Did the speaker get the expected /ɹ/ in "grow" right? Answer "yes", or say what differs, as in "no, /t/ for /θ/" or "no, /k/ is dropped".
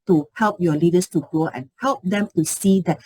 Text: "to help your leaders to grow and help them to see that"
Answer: no, /ɹ/ is dropped